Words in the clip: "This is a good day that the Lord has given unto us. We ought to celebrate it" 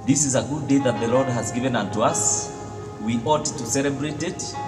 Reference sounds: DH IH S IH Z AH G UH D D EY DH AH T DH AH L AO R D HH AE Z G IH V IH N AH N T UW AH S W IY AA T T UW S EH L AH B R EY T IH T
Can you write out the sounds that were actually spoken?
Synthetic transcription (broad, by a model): DH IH S IH Z AH G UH D D EY DH AH T DH AH L AO R D HH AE Z G IH V IH N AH N T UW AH S W IY AA T T UW S EH L AH B R EY T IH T